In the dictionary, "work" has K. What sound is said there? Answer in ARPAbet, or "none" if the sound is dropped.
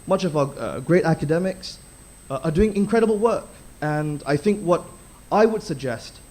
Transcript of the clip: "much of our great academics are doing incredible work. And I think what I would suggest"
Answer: K